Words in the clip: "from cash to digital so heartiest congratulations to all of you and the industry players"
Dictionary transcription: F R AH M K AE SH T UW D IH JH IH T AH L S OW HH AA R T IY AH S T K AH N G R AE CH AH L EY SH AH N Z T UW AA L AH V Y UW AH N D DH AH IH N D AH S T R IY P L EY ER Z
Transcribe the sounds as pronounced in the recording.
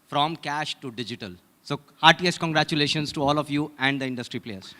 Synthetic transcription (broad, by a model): F R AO M K AE SH T UW D IH JH IH T AH L S OW HH AA R T IY AH S T K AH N G R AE CH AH L EY SH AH N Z T UW AA L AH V Y UW AH N D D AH IH N D AH S T R IY P L EY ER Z